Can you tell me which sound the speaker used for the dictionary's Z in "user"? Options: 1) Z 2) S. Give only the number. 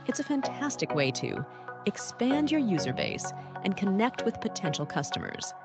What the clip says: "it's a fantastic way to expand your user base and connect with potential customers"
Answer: 1